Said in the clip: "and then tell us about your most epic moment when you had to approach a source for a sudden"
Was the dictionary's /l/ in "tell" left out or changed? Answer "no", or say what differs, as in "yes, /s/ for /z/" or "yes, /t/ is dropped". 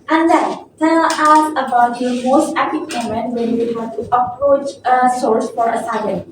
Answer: yes, /n/ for /l/